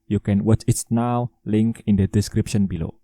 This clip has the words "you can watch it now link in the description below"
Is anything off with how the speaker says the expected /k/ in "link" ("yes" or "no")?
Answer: no